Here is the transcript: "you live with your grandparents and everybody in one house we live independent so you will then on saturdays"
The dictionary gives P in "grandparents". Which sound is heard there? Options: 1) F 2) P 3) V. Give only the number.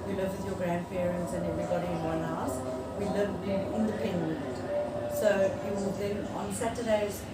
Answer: 1